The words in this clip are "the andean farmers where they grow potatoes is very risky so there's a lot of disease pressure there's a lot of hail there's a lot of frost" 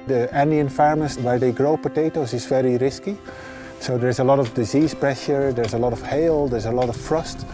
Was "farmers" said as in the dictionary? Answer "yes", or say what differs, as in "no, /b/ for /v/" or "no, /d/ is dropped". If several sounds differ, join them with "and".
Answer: no, /s/ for /z/